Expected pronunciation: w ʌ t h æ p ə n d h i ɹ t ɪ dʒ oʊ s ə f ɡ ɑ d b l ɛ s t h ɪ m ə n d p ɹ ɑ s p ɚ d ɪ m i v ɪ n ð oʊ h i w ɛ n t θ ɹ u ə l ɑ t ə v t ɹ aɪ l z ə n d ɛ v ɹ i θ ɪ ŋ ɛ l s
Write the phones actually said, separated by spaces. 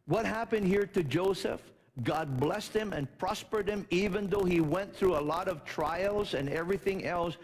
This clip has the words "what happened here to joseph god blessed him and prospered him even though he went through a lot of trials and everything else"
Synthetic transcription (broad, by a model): w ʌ t h æ p ə n d h i ɹ t ɪ dʒ oʊ s ə f ɡ ɑ d b l ɛ s t h ɪ m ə n p ɹ ɑ s p ɚ d ɪ m i v ɪ n ð oʊ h i w ɛ n θ ɹ u ə l ɑ t ə v t ɹ aɪ l z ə n ɛ v ɹ i θ ɪ ŋ ɛ l s